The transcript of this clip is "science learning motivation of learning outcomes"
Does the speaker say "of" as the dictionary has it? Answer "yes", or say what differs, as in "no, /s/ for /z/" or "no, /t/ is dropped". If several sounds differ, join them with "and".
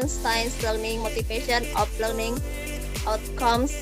no, /p/ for /v/